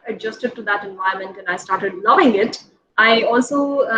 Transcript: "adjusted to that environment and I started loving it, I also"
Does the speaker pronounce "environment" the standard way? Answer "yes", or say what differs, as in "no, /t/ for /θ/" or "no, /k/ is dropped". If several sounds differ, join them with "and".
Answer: no, /ɹ/ is dropped and /n/ is dropped